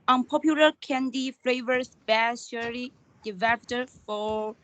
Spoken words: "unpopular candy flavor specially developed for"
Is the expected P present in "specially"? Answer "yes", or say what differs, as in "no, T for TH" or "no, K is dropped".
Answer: no, B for P